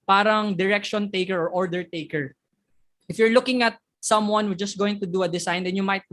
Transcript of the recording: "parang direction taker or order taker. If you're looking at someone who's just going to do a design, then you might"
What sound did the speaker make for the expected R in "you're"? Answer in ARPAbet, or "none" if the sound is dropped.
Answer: R